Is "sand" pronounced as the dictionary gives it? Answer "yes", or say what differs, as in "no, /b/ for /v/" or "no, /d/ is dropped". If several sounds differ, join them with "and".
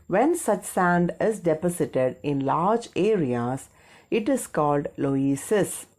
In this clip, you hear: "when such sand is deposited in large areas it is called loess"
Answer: yes